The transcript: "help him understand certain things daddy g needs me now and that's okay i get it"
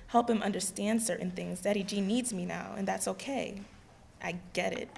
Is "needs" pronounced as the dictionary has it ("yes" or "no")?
yes